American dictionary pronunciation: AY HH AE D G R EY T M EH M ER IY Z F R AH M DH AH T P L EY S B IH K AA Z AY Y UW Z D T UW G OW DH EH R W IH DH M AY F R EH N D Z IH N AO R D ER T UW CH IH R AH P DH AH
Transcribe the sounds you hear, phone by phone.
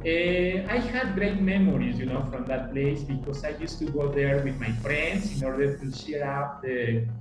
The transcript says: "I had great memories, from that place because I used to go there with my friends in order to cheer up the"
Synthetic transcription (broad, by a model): AY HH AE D G R EY T M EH M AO IY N F R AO M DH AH T P L EY S B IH K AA S AY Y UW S T UW G OW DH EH R W IH DH M AY F R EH N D S IH N AO R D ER T UW SH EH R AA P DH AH